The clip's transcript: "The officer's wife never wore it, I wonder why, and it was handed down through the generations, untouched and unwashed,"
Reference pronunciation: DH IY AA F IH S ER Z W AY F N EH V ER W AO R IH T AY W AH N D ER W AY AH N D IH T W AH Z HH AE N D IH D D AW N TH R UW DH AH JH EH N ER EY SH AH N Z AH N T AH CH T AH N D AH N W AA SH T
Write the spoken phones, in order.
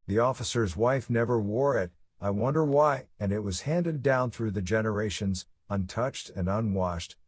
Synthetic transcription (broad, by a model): DH IY AA F IH S ER Z W AY F N EH V ER W AO R IH T AY W AH N D ER W AY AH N IH T W AH Z HH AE N D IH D D AW N TH R UW DH AH JH EH N ER EY SH AH N Z AH N T AH CH T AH N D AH N W AA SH T